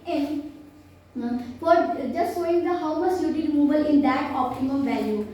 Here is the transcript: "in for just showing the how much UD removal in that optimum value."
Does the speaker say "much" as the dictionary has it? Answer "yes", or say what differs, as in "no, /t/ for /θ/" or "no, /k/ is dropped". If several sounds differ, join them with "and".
no, /s/ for /tʃ/